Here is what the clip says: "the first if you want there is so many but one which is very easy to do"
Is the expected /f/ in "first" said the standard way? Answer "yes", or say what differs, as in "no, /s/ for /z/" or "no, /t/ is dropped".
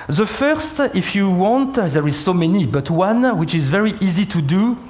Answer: yes